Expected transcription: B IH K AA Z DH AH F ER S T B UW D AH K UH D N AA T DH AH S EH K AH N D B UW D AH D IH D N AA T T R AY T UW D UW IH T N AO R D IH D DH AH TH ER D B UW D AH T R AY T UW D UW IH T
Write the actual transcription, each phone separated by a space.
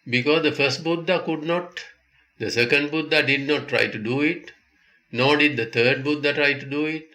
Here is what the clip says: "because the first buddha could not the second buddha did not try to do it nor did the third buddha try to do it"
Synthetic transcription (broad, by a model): B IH K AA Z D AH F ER S T B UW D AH K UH D N AA T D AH S EH K AH N D B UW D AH D IH D N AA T T R AY T UW D UW IH T N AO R D IH D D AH T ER D B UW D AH T R AY T UW D UW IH T